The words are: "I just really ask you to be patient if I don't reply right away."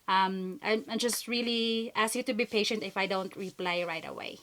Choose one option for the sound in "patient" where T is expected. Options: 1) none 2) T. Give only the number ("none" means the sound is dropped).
2